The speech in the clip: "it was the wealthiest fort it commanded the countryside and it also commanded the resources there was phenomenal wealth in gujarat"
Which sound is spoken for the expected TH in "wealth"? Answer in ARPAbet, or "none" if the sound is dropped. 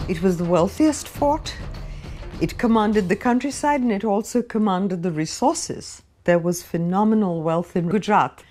TH